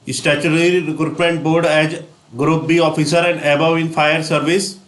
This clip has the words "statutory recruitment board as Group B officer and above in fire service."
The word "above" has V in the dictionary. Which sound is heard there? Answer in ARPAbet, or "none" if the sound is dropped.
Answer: none